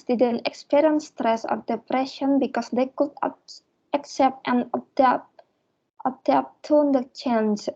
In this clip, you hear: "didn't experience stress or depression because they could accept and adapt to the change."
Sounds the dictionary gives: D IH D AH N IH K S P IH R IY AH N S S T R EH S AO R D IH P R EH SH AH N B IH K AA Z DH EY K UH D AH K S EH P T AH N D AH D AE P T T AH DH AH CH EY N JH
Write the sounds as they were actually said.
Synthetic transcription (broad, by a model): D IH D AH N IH K S P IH R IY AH N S S T R EH S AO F D IH P R EH SH AH N B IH K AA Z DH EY K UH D AH K S EH P T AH N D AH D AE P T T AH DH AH CH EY N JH